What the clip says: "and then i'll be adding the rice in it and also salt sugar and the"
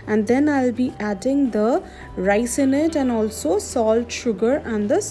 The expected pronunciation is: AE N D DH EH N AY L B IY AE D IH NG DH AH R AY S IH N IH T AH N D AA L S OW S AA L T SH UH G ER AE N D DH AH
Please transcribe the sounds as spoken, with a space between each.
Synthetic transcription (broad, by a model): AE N D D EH N AY L B IY AE D IH NG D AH R AY S IH N IH T AH N D AA L S OW S AA L T SH UH G ER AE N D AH